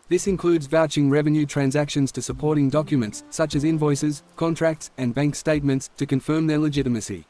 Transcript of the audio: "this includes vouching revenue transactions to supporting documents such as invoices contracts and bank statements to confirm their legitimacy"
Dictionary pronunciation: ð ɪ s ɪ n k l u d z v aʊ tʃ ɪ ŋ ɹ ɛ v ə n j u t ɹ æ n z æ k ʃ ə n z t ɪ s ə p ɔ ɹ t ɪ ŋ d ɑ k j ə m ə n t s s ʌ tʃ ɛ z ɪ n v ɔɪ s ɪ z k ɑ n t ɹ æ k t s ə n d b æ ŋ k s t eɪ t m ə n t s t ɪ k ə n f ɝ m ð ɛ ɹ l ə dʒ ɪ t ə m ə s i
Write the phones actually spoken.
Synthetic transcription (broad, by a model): ð ɪ s ɪ n k l u d z v aʊ tʃ ɪ ŋ ɹ ɛ v ə n j u t ɹ æ n z æ k ʃ ə n z t ɪ s ə p ɔ ɹ t ɪ ŋ d ɑ k j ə m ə n t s s ʌ tʃ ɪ z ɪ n v ɔɪ s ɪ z k ɑ n t ɹ æ k t s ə n b æ ŋ k s t eɪ t m ə n t s t ɪ k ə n f ɝ m ð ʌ ɹ l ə dʒ ɪ t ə m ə s i